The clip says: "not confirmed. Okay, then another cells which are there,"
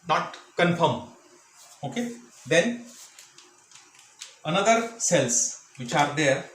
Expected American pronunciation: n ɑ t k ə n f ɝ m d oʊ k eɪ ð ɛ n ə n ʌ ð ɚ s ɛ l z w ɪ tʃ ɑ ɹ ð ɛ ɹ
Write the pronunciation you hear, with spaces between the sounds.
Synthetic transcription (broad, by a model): n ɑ t k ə n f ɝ m oʊ k eɪ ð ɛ n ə n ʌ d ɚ s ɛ l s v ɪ tʃ ɑ ɹ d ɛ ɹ